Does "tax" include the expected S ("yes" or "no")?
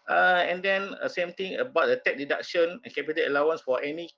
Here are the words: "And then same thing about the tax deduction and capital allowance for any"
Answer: no